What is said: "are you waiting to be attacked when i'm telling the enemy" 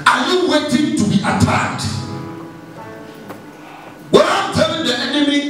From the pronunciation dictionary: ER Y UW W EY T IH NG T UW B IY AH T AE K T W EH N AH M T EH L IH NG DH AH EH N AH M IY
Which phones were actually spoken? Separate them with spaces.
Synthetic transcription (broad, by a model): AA Y UW W EY T IH NG T UW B IY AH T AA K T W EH AH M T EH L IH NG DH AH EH N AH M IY